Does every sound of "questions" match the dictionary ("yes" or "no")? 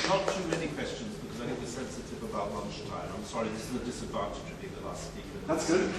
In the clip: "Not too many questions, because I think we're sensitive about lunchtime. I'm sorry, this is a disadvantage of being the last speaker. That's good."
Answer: yes